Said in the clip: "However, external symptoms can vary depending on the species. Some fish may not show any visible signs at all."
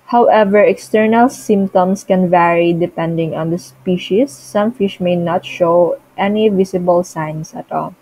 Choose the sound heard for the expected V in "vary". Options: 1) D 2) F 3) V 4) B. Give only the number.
3